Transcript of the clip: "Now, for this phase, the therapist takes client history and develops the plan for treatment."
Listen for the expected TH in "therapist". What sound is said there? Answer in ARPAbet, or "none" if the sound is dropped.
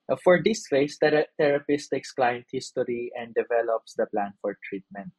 T